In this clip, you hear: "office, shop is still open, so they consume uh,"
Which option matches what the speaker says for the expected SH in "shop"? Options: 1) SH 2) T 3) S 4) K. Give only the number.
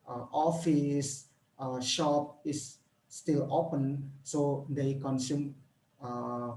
1